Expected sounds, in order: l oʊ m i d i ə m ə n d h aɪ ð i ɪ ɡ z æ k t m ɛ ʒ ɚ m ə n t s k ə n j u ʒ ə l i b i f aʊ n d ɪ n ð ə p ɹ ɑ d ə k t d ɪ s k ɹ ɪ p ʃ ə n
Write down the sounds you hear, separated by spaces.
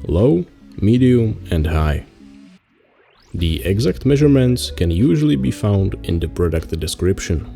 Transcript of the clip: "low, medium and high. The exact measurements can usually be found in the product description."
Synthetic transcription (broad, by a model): l oʊ m i d i ə m ə n d h aɪ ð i ɪ ɡ z æ k t m ɛ ʒ ɚ m ə n t s k ə n j u ʒ ə l i b i f aʊ n d ɪ n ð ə p ɹ ɑ d ə k t d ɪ s k ɹ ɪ p ʃ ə n